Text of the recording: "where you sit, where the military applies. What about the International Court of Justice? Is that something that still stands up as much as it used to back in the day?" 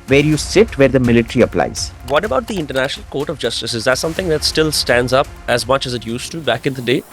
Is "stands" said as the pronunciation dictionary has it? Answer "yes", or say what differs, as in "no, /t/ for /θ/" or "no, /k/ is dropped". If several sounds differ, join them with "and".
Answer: yes